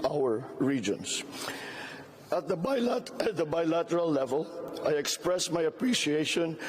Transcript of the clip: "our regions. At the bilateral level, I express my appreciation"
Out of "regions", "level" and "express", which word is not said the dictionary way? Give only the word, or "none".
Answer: regions